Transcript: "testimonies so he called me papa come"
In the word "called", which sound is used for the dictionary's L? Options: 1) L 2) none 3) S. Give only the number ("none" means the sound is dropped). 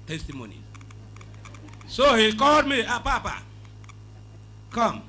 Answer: 2